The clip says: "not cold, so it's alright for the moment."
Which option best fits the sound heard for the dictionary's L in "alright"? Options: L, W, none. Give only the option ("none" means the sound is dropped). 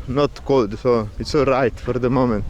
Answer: none